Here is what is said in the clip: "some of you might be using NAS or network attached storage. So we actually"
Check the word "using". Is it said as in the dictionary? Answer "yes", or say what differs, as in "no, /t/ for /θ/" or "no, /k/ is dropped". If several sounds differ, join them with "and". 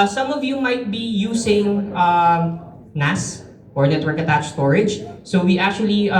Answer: no, /s/ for /z/